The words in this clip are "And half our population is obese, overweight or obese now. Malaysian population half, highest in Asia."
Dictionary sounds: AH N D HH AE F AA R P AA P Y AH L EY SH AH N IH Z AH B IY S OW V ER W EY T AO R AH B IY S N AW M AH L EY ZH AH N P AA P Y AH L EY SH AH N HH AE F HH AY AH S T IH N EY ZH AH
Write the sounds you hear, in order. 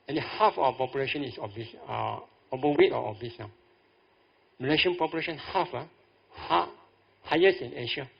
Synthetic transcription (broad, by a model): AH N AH HH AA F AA W P AA P Y AH L EY SH AH N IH S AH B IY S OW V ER W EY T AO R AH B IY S N AW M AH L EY SH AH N P AA P Y AH L EY SH AH N HH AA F HH AY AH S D IH N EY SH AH